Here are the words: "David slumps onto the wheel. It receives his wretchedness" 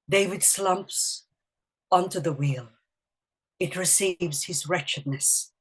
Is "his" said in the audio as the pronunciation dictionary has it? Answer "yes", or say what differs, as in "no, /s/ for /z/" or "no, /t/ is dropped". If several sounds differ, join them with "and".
yes